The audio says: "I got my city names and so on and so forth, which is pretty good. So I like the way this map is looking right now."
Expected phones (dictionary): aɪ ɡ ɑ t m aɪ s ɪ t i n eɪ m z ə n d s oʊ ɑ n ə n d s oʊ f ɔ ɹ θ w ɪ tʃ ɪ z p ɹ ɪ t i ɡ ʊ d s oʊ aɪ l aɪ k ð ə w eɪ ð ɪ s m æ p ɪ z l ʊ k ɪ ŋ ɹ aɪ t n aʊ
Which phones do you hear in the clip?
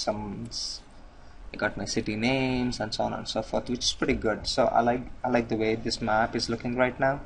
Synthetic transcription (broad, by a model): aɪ ɡ ɑ t m aɪ s ɪ t i n eɪ m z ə n s oʊ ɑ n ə n s oʊ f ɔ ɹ t w ɪ tʃ ɪ z p ɹ ɪ t i ɡ ʊ d s oʊ aɪ l aɪ k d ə w eɪ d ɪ s m æ p ɪ z l ʊ k ɪ ŋ ɹ aɪ t n aʊ